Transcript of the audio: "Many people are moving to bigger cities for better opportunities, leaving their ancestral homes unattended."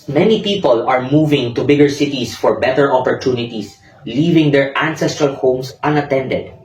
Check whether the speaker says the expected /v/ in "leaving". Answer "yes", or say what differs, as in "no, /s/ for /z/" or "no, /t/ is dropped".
yes